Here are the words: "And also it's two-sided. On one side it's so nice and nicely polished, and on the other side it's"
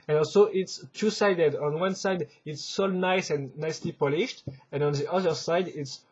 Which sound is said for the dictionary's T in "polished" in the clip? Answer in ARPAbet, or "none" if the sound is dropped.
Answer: T